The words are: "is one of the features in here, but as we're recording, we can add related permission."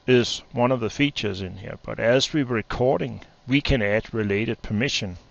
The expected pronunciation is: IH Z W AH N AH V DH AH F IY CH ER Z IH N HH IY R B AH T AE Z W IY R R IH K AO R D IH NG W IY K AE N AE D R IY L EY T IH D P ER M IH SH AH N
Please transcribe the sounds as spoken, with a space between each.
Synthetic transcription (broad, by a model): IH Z W AH N AH V DH AH F IY CH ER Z IH N HH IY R B AH T AE Z W IY W R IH K AO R D IH NG W IY K AE N AE D R IY L EY T IH D P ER M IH SH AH N